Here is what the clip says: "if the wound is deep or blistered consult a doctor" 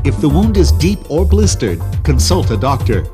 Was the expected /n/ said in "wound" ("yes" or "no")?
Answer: yes